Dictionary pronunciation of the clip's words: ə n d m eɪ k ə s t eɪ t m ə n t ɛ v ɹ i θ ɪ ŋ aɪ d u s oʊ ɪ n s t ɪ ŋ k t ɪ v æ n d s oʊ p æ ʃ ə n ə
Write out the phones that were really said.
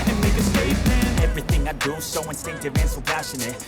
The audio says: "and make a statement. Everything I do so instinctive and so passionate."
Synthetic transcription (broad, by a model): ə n m eɪ k ə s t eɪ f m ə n ɛ v ɹ i θ ɪ ŋ aɪ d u s oʊ ɪ n s t ɪ ŋ k t ɪ v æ n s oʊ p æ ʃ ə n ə